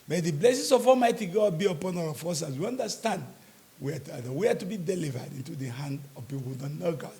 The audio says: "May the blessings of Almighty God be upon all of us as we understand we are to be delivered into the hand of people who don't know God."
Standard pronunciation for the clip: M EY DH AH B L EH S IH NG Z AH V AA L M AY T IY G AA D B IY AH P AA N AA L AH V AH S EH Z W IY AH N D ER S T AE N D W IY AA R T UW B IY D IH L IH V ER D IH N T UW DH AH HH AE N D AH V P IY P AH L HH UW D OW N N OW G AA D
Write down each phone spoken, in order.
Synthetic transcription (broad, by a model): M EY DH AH B L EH S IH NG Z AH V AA M AY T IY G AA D B IY AH P AA N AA W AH F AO S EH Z W IY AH N D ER S T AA N D W IY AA W T UW B IY D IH L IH V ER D IH N T UW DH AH HH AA N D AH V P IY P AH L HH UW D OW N N OW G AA